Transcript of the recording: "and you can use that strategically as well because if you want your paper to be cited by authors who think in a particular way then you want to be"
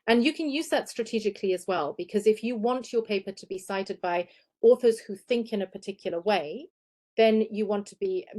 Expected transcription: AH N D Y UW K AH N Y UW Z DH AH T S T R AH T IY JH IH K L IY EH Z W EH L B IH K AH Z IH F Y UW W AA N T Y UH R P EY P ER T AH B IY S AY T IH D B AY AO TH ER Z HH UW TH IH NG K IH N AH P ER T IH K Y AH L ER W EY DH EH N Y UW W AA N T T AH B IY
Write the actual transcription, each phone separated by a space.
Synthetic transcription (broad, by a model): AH N Y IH K AH N Y UW Z DH AH T S T R AH T IY JH IH K L IY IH Z W EH L B IH K AH Z IH F Y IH W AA N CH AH R P EY P ER T AH B IY S AY T IH D B AY AO TH ER Z HH UW TH IH NG K IH N AH P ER T IH K Y L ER W EY DH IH N Y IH W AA N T T AH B IY